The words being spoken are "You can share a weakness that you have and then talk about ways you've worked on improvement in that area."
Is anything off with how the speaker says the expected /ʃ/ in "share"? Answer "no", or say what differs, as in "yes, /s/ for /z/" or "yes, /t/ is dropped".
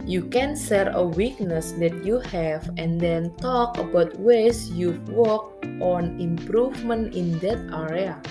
yes, /s/ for /ʃ/